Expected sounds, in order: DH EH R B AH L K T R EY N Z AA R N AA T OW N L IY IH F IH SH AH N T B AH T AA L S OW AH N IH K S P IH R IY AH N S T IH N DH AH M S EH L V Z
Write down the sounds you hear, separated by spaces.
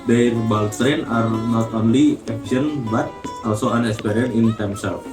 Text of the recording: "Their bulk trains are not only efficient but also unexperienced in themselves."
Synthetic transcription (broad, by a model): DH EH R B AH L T R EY N AA R N AA T OW N L IY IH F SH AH N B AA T AA L S OW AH N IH K S P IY R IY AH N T IH N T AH M S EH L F